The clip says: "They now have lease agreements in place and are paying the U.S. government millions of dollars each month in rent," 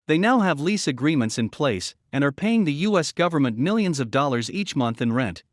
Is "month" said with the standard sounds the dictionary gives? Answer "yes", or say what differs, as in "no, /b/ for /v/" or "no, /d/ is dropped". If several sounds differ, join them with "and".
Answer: yes